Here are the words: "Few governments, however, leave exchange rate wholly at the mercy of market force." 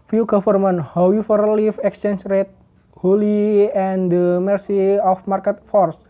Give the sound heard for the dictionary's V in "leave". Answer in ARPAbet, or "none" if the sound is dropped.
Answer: F